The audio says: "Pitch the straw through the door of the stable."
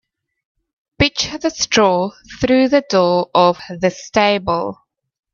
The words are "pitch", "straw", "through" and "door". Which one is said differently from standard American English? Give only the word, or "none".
pitch